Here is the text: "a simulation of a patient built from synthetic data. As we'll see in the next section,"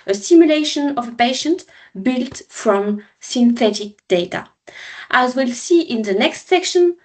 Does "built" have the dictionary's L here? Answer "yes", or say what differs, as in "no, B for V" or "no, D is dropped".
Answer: yes